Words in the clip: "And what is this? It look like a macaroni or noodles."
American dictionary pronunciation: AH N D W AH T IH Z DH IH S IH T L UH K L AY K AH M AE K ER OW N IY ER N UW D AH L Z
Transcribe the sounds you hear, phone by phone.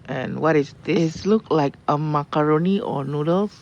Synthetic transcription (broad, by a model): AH N W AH T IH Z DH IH IH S L UH K L AY K AH M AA K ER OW N IY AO N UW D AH L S